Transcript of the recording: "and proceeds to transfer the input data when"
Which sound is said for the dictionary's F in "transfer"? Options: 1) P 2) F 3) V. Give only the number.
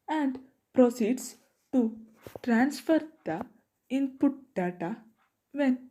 2